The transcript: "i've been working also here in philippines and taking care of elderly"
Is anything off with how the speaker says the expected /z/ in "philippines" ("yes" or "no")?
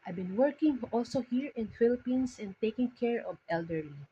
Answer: yes